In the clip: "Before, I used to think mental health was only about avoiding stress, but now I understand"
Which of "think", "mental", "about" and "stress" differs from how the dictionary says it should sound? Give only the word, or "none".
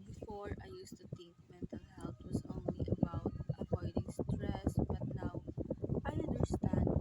think